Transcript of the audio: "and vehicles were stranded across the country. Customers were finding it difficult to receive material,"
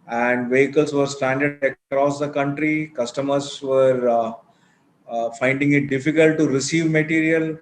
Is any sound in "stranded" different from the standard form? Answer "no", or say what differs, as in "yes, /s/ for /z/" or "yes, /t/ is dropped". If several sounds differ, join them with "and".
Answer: yes, /ɹ/ is dropped